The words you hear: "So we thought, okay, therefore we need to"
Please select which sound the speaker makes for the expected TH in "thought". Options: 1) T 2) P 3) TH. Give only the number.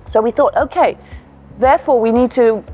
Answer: 3